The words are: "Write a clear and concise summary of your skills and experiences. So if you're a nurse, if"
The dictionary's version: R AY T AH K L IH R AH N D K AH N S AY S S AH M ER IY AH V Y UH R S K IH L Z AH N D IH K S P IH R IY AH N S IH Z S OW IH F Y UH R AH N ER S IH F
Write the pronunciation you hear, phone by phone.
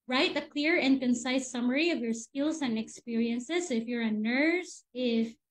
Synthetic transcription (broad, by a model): R AY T AH K L IH R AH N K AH N S AY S S AH M ER IY AH V Y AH R S K IH L Z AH N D IH K S P IH R IY AH N S IH Z IH F Y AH R AH N ER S IH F